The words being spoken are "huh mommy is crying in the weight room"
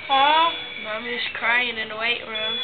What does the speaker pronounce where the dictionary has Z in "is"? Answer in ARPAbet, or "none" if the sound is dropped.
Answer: S